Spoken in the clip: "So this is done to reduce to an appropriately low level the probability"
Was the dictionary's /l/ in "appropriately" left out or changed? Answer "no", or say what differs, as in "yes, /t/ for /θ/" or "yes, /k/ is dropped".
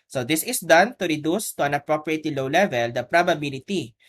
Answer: yes, /l/ is dropped